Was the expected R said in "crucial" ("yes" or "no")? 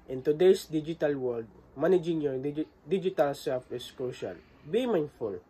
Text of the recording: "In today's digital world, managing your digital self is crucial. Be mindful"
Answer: no